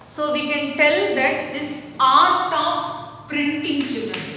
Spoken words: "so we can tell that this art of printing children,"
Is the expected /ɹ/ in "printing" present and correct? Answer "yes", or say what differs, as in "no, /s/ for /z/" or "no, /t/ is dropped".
yes